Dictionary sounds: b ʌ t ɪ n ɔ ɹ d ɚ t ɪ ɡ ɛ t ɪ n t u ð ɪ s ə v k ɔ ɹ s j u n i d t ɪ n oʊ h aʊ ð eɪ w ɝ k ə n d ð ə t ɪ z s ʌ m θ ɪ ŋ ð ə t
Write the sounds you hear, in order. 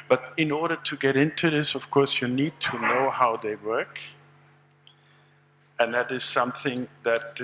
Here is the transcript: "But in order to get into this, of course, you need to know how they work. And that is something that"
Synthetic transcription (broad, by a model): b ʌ t ɪ n ɔ ɹ d ɚ t ɪ ɡ ɛ t ɪ n t u ð ɪ s ə v k ɔ ɹ s j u n i d t ɪ n oʊ h aʊ ð eɪ w ɝ k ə n ð ə t ɪ z s ʌ m θ ɪ ŋ ð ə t